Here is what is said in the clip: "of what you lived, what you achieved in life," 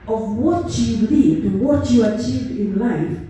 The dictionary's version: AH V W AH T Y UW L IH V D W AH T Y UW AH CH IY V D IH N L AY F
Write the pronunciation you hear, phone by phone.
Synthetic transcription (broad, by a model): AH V W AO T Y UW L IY D W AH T Y UW AH CH IY V D IH N L AY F